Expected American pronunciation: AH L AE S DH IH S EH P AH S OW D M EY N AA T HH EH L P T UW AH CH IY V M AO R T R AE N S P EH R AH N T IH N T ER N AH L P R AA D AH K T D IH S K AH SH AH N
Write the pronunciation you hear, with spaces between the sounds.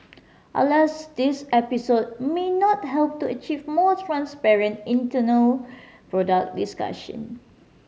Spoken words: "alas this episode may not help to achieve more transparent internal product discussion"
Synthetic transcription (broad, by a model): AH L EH S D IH S EH P AH S OW D M EY N AA T HH EH L P T UW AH CH IY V M AO T R AE N S P EH R AH N T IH N T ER N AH L P R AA D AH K D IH S K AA SH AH N